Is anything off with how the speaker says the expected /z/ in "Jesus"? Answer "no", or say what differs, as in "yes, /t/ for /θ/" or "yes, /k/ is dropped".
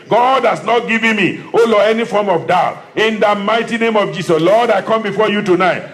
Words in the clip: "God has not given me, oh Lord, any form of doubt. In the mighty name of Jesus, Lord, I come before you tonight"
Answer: yes, /s/ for /z/